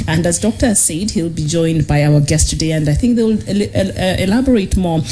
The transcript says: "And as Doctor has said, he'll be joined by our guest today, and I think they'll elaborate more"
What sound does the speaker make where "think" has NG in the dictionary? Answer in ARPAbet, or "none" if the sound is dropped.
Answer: NG